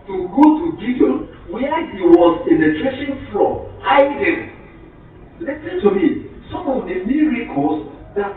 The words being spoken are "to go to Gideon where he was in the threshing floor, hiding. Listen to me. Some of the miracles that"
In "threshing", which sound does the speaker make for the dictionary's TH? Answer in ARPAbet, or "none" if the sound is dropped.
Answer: T